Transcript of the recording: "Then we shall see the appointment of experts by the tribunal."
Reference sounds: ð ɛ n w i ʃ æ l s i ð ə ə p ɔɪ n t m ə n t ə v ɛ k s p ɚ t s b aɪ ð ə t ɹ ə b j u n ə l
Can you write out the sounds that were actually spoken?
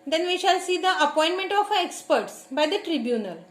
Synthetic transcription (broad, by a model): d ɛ n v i ʃ æ l s i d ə ə p ɔɪ n t m ə n t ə f ɛ k s p ɚ t s b aɪ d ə t ɹ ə b j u n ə l